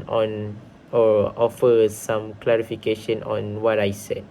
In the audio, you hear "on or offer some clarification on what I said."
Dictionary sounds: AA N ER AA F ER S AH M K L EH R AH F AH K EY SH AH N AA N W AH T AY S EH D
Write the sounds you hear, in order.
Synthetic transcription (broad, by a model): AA N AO AA F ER S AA M K L EH R AH F AH K EY SH AH N AA N W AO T AY S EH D